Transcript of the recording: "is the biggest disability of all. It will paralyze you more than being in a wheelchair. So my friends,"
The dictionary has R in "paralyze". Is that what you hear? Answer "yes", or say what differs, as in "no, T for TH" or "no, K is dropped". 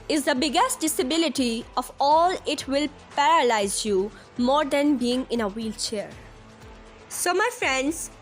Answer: yes